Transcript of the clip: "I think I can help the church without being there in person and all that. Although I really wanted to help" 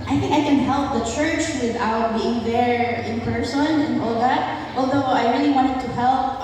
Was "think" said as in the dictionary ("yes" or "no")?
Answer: yes